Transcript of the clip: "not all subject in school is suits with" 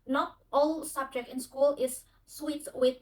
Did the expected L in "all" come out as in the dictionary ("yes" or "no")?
yes